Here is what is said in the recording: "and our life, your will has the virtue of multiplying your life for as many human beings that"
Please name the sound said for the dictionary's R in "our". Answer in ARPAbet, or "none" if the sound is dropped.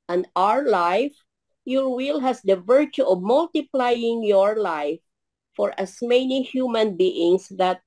R